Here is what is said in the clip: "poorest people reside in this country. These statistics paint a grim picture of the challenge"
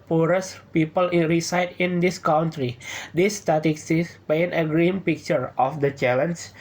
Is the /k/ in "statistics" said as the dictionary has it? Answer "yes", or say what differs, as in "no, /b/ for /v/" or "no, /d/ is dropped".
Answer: no, /k/ is dropped